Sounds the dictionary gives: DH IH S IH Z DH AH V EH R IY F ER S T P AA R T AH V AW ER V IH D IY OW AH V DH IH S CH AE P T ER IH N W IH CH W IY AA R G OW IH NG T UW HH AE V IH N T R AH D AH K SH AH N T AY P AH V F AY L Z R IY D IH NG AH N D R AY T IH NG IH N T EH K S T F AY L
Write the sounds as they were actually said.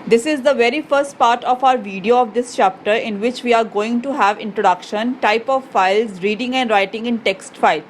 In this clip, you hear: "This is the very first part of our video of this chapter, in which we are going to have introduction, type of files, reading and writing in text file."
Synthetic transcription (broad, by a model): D IH S IH Z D AH V EH R IY F ER S T P AA R T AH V AW ER V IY D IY OW AH V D IH S CH AE P T ER IH N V IH CH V IY AA R G OW IH NG T UW HH AE V IH N T R AH D AH K SH AH N T AY P AH V F AY L Z R IY D IH NG AH N D R AY T IH NG IH N T EH K S T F AY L